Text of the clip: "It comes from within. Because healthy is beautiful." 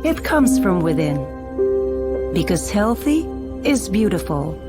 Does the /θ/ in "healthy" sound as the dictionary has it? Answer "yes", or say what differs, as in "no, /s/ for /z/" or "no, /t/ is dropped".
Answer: yes